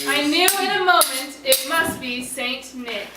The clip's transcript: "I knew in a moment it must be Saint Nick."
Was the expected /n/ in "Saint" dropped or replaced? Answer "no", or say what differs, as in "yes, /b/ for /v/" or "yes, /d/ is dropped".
no